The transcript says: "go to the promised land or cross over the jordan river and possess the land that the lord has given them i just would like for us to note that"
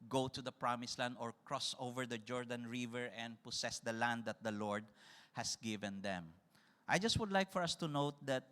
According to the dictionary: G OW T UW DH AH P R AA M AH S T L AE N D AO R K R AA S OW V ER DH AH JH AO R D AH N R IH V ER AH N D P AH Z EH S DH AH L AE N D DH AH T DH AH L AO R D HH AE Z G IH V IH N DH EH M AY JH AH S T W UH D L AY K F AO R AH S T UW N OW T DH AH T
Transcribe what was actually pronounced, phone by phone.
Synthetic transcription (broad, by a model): G OW T UW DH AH P R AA M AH S L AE N D AO R K R AA S OW V ER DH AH JH AO R D AH N R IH V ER AH N D P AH S EH S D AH L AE N D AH T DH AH L AO R D HH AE S G IH V IH N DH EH M AY JH AH S T W UH D L AY K F AO R AH S T UW N OW T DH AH T